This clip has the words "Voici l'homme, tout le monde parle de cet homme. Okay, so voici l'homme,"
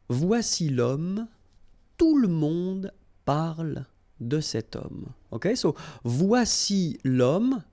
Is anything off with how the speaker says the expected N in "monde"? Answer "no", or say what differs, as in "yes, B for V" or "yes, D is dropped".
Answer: yes, N is dropped